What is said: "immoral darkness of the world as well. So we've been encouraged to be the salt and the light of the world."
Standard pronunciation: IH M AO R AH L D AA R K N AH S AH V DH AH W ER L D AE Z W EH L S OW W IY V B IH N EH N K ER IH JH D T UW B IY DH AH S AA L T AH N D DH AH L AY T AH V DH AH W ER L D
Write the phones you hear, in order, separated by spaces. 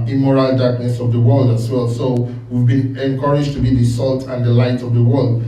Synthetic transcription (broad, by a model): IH M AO R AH L D AA R K N AH S AH V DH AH W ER L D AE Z W EH L S OW W IY V B IH N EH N K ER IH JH T UW B IY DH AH S AA L T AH N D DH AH L AY T AH V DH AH W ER L D